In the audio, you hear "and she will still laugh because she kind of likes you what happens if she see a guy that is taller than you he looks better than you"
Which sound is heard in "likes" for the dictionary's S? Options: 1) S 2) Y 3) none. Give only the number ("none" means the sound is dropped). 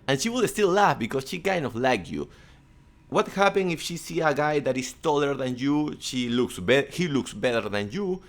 3